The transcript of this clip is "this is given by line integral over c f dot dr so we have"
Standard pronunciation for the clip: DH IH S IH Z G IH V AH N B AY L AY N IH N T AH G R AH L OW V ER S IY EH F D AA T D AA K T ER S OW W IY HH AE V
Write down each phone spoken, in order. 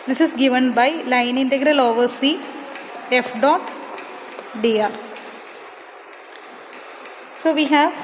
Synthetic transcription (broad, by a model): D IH S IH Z G IH V AH N B AY L AY N IH N T AH G R AH L OW V ER S IY EH F D AA T D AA T S OW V IY HH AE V